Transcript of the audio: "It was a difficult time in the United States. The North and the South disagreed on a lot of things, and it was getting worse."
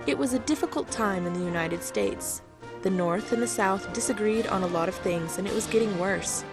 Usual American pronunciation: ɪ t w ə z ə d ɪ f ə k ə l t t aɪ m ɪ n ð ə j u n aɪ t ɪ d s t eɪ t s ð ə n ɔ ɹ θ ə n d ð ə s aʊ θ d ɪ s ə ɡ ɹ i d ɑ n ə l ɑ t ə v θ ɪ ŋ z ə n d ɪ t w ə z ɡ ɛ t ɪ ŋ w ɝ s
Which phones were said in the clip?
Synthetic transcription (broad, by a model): ɪ t w ə z ə d ɪ f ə k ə l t t aɪ m ɪ n ð ə j u n aɪ t ɪ d s t eɪ t s ð ə n ɔ ɹ θ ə n ð ə s aʊ θ d ɪ s ə ɡ ɹ i d n ə l ɑ t ə v θ ɪ ŋ z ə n ɪ t w ə z ɡ ɛ t ɪ ŋ w ɝ s